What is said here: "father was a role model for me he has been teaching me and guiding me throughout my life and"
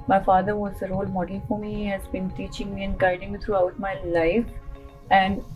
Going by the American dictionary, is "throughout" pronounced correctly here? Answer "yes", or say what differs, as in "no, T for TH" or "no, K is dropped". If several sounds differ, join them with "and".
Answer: no, T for TH